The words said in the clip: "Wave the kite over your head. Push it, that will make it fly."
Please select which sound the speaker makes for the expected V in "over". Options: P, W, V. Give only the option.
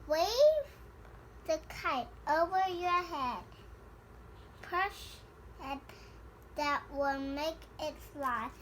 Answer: V